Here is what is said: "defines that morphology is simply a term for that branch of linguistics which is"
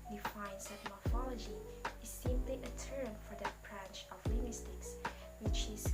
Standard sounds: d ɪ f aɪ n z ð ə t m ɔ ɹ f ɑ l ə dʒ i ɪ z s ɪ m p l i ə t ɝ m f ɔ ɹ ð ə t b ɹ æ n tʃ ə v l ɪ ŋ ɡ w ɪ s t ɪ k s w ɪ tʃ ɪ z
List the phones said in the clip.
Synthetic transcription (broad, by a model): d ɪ f aɪ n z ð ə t m ɔ ɹ f ɑ l ə dʒ i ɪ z s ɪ m p l i ə t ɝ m f ɔ ɹ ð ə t b ɹ æ n tʃ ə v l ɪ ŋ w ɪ s t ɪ k s w ɪ tʃ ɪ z